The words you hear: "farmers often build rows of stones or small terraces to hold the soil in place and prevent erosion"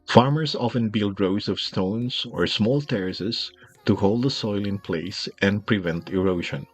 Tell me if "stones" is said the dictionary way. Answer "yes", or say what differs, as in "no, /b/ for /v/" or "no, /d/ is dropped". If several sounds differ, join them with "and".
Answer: no, /s/ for /z/